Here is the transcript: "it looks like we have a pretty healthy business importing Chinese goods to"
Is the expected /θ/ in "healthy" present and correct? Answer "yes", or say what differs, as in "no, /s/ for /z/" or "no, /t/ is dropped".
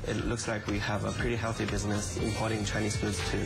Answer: yes